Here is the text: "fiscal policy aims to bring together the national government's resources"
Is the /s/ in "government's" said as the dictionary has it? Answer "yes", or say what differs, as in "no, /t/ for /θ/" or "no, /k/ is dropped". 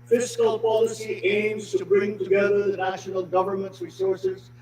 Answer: no, /s/ is dropped